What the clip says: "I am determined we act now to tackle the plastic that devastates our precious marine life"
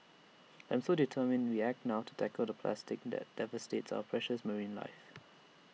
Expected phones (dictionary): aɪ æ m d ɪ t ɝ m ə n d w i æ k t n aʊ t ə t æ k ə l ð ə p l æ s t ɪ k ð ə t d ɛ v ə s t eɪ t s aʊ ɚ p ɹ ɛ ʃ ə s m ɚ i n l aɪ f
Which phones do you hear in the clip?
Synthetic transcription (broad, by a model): aɪ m d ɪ t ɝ m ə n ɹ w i æ k t n aʊ t ə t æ k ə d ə p l æ s t ɪ k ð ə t d ɛ v ə s t eɪ t s aʊ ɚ p ɹ ɛ ʃ ə s m ɚ i n l aɪ f